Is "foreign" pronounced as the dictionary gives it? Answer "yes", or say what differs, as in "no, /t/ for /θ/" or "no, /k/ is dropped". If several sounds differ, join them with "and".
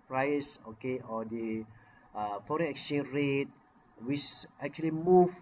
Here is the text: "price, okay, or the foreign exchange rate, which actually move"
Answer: no, /n/ is dropped